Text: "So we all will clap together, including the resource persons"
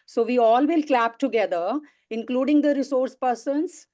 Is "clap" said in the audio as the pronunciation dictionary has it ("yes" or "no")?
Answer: yes